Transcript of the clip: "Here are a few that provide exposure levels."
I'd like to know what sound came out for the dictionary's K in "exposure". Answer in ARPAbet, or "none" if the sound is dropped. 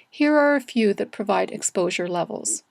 K